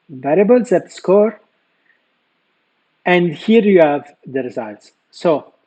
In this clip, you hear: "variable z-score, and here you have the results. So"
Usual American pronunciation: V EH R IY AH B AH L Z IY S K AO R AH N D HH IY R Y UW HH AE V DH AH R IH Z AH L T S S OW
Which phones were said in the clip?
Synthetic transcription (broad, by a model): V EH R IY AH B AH L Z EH S K AO R AH N D HH IY R Y UW HH AE V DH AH R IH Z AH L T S S OW